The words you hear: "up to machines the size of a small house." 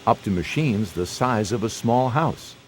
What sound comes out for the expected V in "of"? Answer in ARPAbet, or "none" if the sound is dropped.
V